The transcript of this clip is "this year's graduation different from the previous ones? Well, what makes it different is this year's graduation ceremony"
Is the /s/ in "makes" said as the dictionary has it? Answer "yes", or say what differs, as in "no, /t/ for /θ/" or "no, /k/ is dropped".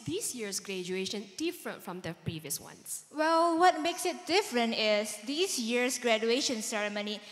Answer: yes